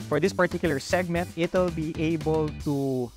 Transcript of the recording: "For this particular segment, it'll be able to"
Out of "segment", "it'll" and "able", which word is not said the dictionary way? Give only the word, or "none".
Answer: none